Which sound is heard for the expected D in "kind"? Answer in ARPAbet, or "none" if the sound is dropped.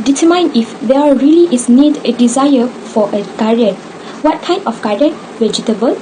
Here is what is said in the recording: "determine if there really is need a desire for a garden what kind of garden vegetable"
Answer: none